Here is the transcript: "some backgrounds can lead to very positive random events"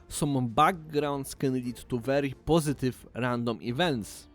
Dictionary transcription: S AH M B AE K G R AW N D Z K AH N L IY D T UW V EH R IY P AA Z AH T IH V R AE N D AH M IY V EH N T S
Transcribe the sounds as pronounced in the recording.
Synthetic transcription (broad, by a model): S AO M B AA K G R AW N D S K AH N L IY T UW V EH R IY P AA Z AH T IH F R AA N D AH M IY V EH N T S